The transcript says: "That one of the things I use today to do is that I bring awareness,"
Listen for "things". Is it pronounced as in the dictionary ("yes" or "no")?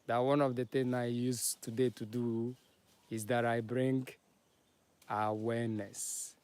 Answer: no